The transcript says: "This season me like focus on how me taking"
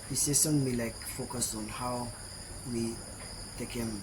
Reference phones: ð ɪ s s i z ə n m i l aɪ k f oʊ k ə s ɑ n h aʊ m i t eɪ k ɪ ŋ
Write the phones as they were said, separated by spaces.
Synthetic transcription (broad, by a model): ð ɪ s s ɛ s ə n m i l aɪ k f oʊ k ə s ɑ n h aʊ m i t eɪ k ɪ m